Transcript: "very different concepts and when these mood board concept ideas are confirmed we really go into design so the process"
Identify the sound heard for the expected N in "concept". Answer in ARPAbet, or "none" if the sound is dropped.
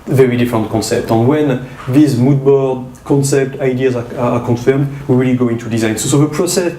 N